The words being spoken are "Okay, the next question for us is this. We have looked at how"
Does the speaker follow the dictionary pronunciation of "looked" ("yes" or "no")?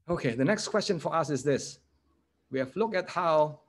no